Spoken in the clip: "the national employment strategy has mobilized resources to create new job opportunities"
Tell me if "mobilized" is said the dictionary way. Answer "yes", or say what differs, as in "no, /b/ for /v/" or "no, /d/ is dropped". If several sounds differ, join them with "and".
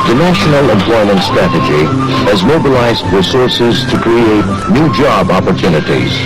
yes